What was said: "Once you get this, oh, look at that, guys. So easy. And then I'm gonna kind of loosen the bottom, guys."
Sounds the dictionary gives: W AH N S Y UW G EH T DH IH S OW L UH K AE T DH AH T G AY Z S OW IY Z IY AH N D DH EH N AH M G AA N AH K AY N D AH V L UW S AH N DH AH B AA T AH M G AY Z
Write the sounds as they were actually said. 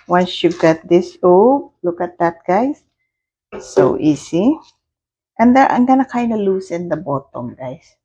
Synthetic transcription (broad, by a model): W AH N S Y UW G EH T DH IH S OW L UH K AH T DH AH T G AY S S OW IY S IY AH N D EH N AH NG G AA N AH K AY N D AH L UW S AH N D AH B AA T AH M G AY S